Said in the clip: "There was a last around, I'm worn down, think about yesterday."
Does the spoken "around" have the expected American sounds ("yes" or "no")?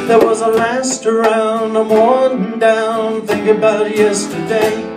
yes